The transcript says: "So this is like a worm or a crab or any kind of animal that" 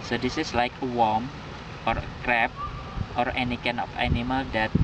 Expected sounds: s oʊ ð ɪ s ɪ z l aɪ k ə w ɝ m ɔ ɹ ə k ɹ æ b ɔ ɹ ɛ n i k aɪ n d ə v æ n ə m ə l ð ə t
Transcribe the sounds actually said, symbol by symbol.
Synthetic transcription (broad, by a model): s oʊ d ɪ s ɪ s l aɪ k ə w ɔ m ɔ ɹ ə k ɹ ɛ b ɔ ɹ ɛ n i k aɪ n ə f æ n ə m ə l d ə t